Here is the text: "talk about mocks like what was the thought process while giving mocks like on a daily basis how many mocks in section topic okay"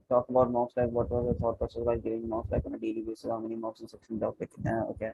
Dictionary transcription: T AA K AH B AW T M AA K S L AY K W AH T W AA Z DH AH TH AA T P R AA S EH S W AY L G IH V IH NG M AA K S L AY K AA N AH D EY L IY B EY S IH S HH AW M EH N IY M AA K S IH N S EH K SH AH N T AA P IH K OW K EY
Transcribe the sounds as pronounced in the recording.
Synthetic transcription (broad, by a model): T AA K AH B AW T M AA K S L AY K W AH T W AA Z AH S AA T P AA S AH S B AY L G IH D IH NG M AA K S L AY K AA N AH D EY L IY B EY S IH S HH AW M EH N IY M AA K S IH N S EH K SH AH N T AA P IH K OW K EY